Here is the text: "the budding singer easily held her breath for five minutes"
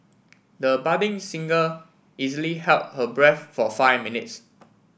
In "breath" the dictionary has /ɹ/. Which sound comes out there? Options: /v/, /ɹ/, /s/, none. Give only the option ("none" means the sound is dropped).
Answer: /ɹ/